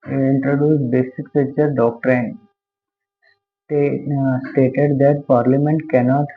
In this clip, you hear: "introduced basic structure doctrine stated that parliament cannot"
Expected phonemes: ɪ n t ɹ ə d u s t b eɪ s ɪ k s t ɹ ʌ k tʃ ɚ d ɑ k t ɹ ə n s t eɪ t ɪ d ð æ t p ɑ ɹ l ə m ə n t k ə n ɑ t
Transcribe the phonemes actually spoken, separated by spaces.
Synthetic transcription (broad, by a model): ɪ n t ɹ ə d u s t b eɪ s ɪ k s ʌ tʃ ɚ d ɑ k t ɹ ə n s t eɪ t ɪ d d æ t p ɑ ɹ l ə m ə n t k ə n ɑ t